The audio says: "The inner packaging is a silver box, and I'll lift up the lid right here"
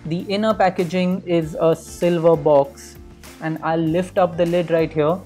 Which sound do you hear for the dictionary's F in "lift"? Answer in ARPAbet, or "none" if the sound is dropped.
F